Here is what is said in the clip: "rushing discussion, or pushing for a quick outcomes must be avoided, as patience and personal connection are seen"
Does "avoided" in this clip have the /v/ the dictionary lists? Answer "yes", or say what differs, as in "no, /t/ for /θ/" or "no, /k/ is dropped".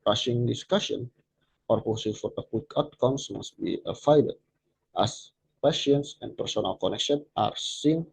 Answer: no, /f/ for /v/